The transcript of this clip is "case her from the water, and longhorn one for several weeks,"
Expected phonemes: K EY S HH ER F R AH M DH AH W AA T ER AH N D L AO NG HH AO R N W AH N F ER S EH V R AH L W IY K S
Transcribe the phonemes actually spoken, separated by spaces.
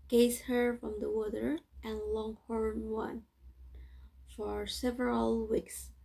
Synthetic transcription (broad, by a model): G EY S HH ER F R AH M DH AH W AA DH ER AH N L AO NG HH AO R N W AH N F ER S EH V R AH L W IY K S